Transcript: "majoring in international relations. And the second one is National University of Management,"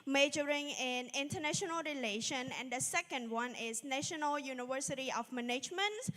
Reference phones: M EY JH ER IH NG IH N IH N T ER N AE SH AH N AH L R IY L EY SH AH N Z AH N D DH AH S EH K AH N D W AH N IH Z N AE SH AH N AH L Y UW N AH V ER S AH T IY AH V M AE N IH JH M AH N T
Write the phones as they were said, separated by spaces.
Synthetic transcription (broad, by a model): M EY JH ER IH NG IH N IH N T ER N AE SH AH N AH L R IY L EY SH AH N AH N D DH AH S EH K AH N D W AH N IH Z N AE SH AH N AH L Y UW N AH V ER S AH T IY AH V M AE N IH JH M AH N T